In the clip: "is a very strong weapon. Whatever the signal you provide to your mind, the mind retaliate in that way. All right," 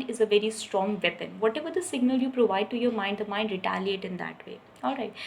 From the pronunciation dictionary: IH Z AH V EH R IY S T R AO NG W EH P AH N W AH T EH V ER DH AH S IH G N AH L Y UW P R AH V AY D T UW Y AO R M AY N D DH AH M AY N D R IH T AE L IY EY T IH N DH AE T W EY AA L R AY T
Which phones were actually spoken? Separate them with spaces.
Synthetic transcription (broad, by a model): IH Z AH V EH R IY S T R AO NG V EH P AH N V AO T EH V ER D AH S IH G N AH L Y UW P R AH V AY D T UW Y AO R M AY N D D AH M AY N D R IH T AE L IY EY T IH N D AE T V EY AA L R AY T